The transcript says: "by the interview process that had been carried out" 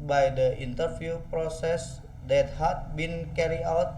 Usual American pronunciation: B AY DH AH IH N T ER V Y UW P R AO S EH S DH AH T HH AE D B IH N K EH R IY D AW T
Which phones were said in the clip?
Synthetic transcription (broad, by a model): B AY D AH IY N T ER F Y UW P R AO S EH S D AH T HH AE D B IH N K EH R IY AW T